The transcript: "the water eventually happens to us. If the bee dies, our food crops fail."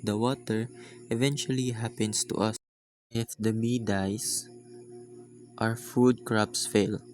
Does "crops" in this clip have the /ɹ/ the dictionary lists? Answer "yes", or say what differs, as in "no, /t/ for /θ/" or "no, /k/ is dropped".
yes